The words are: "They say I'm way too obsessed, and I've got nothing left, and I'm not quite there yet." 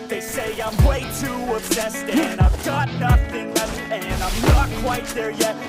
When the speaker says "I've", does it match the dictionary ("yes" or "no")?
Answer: yes